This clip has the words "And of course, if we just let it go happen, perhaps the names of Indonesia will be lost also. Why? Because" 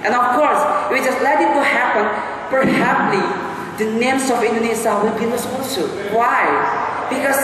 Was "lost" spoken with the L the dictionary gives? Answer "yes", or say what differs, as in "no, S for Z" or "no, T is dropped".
no, N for L